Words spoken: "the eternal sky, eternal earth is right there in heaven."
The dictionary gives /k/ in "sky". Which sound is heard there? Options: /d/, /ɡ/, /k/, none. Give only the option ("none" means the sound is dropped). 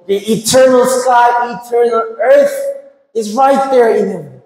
none